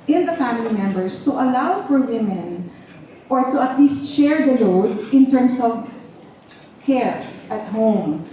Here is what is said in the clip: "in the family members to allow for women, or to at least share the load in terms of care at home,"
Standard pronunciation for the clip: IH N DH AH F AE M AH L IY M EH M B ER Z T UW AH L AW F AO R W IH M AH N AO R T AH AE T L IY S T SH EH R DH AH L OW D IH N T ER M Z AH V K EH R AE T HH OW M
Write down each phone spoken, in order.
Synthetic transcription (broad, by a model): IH N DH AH F AE M AH L IY M EH M B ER S T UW AH L AW F AO R W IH M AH N AO R T AH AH T L IY S T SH EH R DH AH L OW D IH N T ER M S AH V K EH R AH T HH OW M